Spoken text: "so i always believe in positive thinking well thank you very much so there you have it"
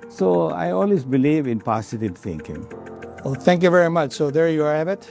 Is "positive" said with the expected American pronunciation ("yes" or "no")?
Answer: no